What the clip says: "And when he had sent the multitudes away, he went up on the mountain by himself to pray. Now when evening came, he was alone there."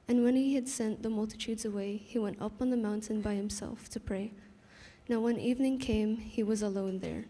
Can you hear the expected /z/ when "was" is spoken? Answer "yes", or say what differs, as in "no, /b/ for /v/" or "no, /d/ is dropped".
yes